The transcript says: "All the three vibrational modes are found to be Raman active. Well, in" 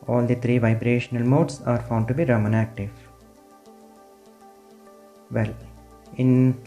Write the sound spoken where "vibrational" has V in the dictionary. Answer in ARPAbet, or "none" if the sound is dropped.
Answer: V